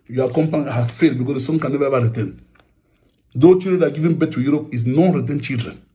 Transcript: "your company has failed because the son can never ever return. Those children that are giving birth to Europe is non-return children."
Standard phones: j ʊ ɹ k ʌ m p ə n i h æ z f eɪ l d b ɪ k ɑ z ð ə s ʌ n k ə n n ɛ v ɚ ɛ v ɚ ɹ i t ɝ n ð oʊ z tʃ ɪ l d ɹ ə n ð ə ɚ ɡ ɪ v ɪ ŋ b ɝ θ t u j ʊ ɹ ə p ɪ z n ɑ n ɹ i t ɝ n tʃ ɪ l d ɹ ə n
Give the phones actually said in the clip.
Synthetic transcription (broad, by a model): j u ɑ k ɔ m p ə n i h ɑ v f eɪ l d b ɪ k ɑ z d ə s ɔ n k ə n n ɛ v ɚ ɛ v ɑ ɹ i t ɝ n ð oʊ tʃ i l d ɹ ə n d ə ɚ ɡ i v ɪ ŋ b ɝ t u j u ɹ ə p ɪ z n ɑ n ɹ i t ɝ n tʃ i l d ɹ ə n